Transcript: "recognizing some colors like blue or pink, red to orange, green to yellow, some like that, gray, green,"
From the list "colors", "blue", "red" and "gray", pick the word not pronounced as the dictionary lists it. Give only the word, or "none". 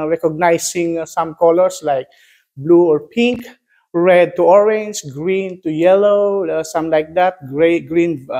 colors